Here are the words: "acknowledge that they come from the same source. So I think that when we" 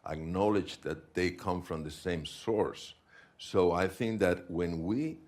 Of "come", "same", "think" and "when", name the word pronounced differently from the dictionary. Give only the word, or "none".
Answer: none